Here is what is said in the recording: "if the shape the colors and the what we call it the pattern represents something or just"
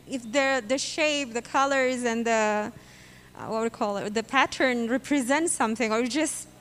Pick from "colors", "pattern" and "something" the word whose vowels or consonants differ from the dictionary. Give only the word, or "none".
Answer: none